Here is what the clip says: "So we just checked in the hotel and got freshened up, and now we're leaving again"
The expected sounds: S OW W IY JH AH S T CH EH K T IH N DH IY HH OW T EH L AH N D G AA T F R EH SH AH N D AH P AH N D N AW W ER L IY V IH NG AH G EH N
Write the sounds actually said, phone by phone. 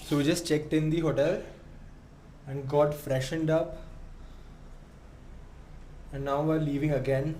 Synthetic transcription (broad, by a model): S OW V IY JH AH S T CH EH K T IH N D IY HH OW T EH L AH N D G AA T F R EH SH AH N D AH P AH N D N AW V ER L IY V IH NG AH G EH N